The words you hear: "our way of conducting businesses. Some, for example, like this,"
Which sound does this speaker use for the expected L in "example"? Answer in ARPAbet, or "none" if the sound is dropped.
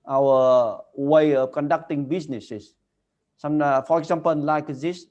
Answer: N